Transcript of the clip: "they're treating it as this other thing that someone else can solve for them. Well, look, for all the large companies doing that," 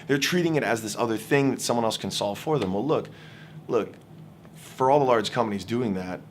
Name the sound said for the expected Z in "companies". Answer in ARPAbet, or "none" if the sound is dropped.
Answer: Z